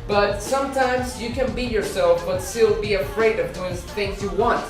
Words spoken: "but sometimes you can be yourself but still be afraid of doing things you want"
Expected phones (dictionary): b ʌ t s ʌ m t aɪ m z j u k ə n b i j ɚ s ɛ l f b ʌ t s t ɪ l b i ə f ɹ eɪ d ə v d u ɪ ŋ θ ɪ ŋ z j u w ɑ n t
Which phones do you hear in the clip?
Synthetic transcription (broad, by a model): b ʌ t s ʌ m t aɪ m z j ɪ k ə n b i j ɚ s ɛ l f b ʌ t s t ɪ l b i ə f ɹ eɪ d ə v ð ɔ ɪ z θ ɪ ŋ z j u w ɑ n t